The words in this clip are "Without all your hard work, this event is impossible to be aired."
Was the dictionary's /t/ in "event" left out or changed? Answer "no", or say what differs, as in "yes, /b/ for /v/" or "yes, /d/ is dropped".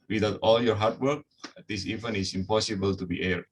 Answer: yes, /t/ is dropped